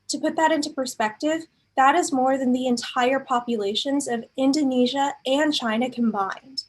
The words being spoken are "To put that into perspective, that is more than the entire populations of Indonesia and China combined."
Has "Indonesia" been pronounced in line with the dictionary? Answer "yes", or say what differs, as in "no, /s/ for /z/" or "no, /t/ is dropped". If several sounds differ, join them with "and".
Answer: yes